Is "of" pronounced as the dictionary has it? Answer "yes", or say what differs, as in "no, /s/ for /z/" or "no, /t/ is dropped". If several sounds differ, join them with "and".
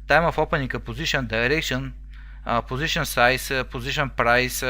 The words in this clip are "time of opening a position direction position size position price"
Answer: no, /f/ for /v/